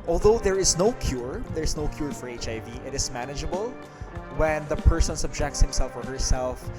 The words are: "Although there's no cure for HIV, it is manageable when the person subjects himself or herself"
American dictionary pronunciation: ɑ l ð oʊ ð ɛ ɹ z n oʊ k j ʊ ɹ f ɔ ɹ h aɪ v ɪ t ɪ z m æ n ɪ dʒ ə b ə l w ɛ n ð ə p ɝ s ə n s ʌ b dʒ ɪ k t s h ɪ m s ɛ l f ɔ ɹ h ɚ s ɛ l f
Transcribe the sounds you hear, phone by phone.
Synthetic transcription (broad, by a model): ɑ l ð oʊ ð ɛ ɹ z n oʊ k j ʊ ɹ f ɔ ɹ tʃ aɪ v ɪ t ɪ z m æ n ɪ dʒ ə b ə l w ɛ n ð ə p ɝ s ə n s ʌ b dʒ ɪ k t s h ɪ m s ɛ l f ɔ ɹ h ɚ s ɛ l f